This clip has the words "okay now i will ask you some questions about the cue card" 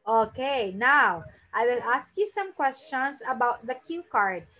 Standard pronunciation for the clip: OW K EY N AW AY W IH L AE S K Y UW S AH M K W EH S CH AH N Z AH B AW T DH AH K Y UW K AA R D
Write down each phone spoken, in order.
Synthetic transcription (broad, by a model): OW K EY N AW AY W IH L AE S K Y UW S AH M K W EH S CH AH N S AH B AW T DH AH K Y UW K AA R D